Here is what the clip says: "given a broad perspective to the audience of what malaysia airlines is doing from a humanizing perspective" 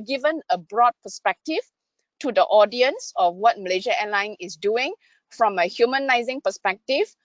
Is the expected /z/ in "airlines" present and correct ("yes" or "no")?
no